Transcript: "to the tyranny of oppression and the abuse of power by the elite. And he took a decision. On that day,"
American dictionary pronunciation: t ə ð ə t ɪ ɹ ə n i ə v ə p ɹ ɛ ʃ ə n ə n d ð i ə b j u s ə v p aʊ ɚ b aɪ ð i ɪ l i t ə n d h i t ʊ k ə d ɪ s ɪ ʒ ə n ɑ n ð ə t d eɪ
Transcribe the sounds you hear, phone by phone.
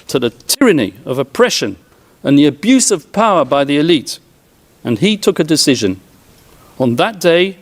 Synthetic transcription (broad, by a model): t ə ð ə t ɪ ɹ ə n i ə v ə p ɹ ɛ ʃ ə n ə n ð i ə b j u s ə v p aʊ ɚ b aɪ ð i ɪ l i t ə n i t ʊ k ə d ɪ s ɪ ʒ ə n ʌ n ð ə t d eɪ